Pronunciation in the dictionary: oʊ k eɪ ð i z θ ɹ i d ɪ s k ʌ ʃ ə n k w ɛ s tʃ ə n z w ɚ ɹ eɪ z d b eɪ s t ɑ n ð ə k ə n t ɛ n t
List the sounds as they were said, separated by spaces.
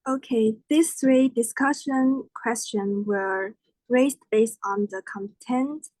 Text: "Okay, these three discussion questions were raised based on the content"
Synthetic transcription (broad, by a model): oʊ k eɪ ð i s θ ɹ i d ɪ s k ʌ ʃ ə n k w ɛ s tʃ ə n w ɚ ɹ eɪ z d b eɪ s t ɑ n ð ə k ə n t ɛ n t